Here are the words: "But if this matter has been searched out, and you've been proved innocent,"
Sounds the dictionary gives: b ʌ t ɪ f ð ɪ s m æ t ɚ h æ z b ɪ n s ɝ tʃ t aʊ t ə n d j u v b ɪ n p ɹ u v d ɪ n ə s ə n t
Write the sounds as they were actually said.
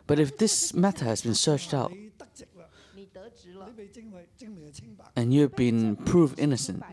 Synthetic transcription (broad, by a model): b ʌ t ɪ f ð ɪ s m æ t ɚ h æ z b ɪ n s ɝ tʃ t aʊ t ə n j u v b ɪ n p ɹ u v ɪ n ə s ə n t